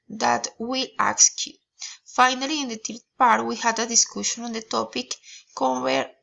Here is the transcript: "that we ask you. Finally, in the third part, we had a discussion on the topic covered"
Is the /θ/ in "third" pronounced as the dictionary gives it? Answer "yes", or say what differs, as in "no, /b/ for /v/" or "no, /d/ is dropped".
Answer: no, /t/ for /θ/